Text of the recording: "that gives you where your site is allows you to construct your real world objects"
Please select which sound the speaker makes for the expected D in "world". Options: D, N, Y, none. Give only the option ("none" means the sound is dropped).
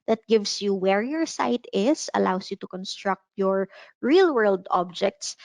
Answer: D